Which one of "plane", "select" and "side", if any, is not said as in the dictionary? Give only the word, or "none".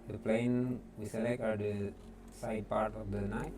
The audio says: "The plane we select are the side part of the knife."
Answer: select